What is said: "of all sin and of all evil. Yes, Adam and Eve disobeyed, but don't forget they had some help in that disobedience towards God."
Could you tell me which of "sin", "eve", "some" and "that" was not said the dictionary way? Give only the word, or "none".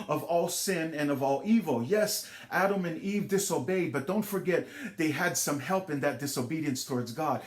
none